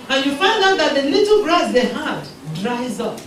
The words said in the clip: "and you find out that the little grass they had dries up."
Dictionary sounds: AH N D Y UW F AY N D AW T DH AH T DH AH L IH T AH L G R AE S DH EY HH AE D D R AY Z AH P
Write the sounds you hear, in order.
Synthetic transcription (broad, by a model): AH N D Y UW F AY N D AW T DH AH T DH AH L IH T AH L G R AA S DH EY HH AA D D R AY Z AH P